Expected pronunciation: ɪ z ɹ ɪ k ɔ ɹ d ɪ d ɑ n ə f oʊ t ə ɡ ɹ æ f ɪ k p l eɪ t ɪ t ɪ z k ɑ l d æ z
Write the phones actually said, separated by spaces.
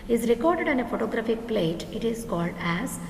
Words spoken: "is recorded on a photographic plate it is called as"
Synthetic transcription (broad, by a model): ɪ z ɹ ɪ k ɔ ɹ d ɪ d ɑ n ə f oʊ t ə ɡ ɹ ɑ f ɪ k p l eɪ t ɪ t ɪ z k ɑ l d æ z